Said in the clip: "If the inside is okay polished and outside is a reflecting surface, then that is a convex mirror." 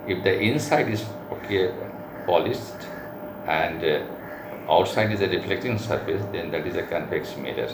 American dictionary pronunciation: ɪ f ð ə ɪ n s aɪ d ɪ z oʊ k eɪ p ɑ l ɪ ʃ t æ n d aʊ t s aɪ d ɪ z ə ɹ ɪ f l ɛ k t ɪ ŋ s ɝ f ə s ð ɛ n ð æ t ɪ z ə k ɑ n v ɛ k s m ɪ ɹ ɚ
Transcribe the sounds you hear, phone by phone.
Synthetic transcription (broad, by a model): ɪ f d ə ɪ n s aɪ d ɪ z oʊ k eɪ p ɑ l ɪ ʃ t æ n d aʊ t s aɪ d ɪ z ə ɹ ɪ f l ɛ k t ɪ ŋ s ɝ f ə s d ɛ n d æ t ɪ z ə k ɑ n p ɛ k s m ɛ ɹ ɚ